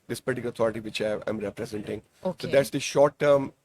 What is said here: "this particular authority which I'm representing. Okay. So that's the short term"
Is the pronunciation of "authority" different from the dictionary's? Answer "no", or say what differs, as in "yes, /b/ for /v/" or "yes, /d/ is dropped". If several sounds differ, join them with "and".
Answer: yes, /t/ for /θ/